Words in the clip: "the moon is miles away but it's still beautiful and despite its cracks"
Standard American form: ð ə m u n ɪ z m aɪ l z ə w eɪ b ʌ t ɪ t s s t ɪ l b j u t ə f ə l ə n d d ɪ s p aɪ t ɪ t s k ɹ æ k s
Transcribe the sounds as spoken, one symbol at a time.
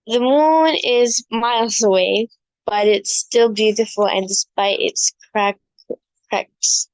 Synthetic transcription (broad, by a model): ð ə m u n ɪ z m aɪ l z ə w eɪ b ʌ t ɪ t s s t ɪ l b j u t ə f l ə n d d ɪ s p aɪ t ɪ t s k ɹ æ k s